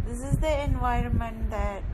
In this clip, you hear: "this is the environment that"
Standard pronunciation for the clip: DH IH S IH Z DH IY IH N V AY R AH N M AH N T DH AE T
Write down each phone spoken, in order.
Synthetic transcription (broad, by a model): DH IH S IH Z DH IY IH N V AY R AH N M AH N T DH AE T